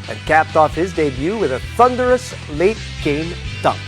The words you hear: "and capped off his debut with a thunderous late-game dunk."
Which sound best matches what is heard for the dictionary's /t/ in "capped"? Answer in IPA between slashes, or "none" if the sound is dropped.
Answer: /t/